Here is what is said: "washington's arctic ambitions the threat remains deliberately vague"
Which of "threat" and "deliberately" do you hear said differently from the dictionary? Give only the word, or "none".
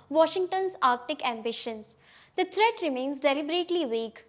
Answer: threat